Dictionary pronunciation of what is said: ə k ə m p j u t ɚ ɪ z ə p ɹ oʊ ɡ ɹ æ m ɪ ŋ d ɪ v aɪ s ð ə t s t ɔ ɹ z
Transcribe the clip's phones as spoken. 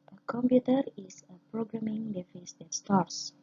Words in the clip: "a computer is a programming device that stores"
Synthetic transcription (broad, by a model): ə k ə m p j u t ɚ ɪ s ə p ɹ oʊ ɡ ɹ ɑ m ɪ ŋ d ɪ f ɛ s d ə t s t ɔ ɹ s